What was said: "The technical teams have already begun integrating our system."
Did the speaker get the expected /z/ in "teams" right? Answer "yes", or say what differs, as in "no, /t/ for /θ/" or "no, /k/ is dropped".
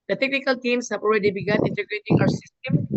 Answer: no, /s/ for /z/